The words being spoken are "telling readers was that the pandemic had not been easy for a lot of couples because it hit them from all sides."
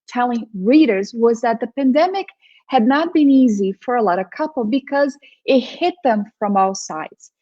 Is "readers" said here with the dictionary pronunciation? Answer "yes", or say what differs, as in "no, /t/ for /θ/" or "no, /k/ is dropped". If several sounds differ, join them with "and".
yes